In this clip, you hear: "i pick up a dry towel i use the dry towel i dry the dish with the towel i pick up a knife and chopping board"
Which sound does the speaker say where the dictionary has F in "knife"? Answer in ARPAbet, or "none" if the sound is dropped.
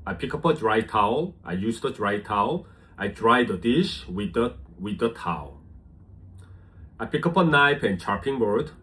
P